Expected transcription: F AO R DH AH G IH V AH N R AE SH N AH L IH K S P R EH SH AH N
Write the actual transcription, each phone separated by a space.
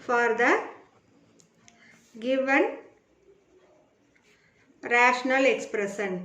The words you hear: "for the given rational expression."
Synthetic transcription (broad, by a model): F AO R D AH G IH V AH N R AE SH N AH L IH K S P R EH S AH N